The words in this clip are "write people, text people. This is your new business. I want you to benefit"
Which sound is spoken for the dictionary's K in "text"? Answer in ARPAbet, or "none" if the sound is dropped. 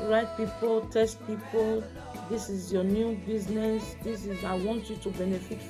none